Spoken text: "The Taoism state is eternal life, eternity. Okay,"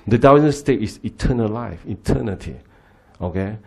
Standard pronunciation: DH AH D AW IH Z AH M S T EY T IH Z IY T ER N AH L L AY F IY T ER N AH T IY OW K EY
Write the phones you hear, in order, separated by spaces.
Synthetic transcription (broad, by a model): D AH D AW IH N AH S T EY T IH S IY T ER N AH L L AY F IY T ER N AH T IY OW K EY